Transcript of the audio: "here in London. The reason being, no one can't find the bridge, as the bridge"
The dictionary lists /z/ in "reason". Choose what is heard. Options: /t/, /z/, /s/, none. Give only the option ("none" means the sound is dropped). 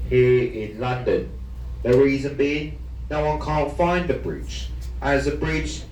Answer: /z/